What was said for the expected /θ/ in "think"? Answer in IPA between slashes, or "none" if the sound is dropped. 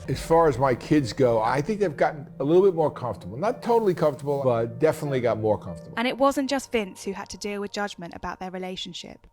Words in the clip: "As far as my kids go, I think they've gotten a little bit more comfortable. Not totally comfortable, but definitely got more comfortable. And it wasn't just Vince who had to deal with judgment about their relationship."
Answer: /θ/